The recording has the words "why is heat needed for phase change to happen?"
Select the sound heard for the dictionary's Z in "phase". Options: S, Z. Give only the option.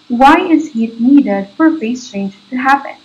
S